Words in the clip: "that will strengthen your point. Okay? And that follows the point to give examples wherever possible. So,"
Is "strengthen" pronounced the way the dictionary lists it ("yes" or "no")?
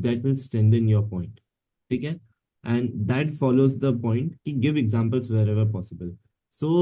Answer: no